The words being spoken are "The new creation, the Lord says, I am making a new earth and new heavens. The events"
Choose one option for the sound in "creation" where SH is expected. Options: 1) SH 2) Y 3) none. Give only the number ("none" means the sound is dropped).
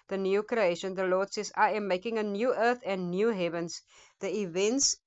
1